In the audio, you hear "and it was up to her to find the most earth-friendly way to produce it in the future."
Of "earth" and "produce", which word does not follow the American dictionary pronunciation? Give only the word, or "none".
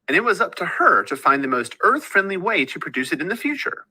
none